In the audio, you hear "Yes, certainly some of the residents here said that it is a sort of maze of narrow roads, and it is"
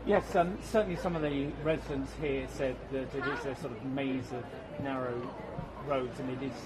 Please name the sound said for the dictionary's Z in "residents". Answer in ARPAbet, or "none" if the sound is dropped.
Z